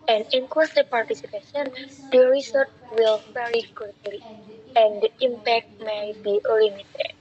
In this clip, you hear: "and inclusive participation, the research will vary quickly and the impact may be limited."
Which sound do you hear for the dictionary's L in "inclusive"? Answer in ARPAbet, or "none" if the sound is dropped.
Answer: none